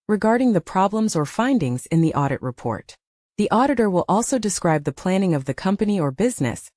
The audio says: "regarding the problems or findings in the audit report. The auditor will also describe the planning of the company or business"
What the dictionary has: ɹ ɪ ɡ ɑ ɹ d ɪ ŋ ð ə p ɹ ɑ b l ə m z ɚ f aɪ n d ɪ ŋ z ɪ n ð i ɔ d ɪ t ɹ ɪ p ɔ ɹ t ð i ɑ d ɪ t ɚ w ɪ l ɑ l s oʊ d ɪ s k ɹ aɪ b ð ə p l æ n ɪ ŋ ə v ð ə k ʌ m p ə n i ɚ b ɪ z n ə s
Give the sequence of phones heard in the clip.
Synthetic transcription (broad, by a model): ɹ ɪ ɡ ɑ ɹ d ɪ ŋ ð ə p ɹ ɑ b l ə m z ɚ f aɪ n d ɪ ŋ z ɪ n ð i ɔ d ɪ t ɹ ɪ p ɔ ɹ t ð i ɑ d ɪ t ɚ w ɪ l ɑ l s oʊ d ɪ s k ɹ aɪ b ð ə p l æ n ɪ ŋ ə v ð ə k ʌ m p ə n i ɚ b ɪ z n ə s